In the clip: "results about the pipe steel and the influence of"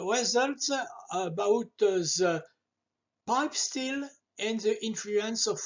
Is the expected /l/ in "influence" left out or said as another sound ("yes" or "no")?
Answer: no